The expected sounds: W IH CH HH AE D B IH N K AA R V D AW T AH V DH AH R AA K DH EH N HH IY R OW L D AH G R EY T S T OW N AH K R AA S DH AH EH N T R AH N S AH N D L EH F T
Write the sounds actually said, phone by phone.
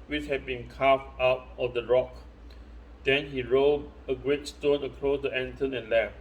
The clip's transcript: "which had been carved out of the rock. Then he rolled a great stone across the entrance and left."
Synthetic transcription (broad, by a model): W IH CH HH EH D B IH N K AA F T AW T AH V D AH R AA K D EH N HH IY R OW D AH G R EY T S T OW N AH K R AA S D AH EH N T AH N AH N L EH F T